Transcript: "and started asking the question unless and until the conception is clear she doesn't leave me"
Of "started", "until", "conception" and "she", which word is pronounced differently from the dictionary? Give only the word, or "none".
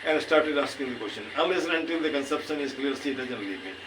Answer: she